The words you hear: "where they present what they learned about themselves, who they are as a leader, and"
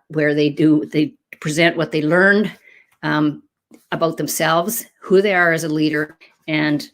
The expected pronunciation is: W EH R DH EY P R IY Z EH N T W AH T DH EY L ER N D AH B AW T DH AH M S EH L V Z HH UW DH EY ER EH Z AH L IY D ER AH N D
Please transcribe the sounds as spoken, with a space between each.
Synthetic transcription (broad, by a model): W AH R DH EY P R IY Z EH N T W AH T DH EY L ER N D AH B AW T DH AH M S EH L V Z HH UW DH EY ER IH Z AH L IY D ER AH N